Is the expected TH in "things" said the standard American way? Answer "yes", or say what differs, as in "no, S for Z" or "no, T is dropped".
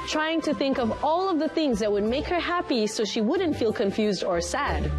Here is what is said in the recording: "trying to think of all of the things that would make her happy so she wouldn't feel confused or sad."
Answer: yes